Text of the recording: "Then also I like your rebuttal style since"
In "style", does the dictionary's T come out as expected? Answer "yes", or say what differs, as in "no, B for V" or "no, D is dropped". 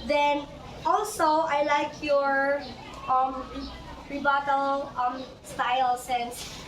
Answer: yes